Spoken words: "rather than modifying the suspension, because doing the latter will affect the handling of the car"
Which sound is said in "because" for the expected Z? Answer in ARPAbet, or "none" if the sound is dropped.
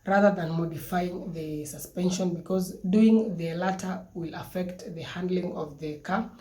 Z